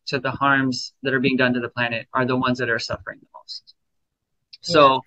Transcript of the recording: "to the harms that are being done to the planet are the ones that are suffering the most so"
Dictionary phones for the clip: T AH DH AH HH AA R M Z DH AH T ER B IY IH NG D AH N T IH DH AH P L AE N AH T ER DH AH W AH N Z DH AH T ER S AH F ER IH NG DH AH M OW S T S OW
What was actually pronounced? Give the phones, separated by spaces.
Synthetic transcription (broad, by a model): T DH AH HH AA R M Z DH AH T ER B IY IH NG D AH N T IH DH AH P L AE N AH T ER DH AH W AH N Z DH AH T ER S AH F ER IH NG DH AH M OW S T S OW